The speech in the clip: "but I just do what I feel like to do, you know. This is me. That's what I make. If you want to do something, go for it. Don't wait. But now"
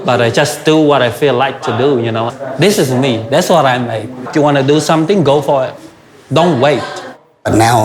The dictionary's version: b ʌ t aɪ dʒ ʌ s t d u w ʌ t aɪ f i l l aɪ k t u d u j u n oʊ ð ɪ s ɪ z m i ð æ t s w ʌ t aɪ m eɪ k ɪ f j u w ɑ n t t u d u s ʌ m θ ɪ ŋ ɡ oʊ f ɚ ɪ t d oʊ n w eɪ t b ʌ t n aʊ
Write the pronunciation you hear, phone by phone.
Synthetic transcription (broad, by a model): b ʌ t aɪ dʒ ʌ s d u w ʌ t aɪ f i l l aɪ k t u d u j u n oʊ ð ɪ s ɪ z m i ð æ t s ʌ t aɪ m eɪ ɪ f j u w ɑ n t t u d u s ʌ m t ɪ ŋ ɡ oʊ f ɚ ɪ t d oʊ n w eɪ t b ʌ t n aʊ